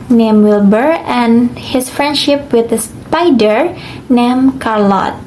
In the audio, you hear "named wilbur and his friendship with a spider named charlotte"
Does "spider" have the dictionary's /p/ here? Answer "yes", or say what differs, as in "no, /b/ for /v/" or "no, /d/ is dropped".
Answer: yes